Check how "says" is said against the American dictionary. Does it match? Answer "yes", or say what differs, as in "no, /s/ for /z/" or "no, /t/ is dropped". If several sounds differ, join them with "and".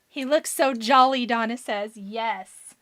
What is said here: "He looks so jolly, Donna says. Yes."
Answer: yes